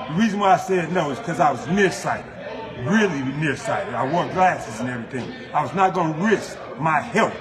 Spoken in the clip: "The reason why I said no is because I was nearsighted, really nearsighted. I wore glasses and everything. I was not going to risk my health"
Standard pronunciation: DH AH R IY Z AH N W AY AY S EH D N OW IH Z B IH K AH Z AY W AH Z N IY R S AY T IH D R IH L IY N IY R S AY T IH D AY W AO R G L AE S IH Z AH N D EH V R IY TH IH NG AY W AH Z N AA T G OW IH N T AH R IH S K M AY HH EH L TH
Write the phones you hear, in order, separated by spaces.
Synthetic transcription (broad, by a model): DH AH R IY Z AH N W AY AY S EH D N OW IH Z K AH Z AY W AH Z N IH R S AY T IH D R IH L IY N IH R S AY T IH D AY W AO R G L AE S IH Z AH N EH V R IY TH IH NG AY W AH Z N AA T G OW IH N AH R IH S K M AY HH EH L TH